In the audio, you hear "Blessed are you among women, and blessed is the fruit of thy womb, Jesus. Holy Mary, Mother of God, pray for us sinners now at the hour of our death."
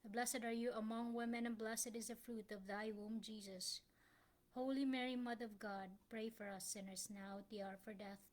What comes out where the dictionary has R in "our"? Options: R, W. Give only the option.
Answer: R